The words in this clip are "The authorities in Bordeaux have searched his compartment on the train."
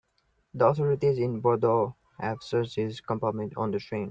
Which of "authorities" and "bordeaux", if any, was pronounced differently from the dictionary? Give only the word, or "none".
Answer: authorities